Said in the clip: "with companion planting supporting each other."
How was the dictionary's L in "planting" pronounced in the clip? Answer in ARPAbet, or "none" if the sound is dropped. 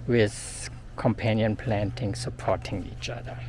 L